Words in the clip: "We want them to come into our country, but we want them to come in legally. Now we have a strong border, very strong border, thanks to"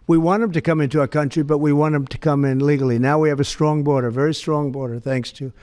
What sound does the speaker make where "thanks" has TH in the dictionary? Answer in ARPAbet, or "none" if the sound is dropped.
TH